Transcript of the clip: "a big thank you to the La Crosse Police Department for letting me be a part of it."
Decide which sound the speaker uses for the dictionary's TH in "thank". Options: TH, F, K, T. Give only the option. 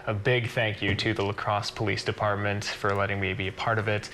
TH